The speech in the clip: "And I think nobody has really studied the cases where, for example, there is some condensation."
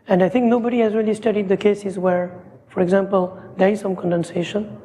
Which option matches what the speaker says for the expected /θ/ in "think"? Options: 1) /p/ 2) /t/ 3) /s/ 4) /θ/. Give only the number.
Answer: 2